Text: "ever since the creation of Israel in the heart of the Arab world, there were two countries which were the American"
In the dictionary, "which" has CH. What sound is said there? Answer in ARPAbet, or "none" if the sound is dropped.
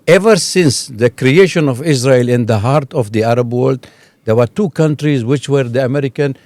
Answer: CH